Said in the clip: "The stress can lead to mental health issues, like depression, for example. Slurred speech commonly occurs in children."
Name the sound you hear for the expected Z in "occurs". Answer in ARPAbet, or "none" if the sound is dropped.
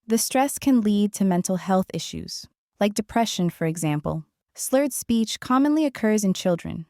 Z